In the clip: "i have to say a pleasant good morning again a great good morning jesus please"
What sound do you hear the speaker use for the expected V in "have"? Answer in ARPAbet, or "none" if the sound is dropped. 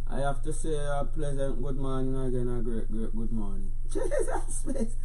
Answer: F